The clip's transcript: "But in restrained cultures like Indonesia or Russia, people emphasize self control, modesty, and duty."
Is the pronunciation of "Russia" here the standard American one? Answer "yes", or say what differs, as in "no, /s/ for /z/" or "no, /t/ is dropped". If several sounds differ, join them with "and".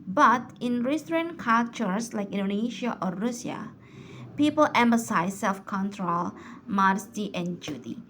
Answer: no, /ʃ/ is dropped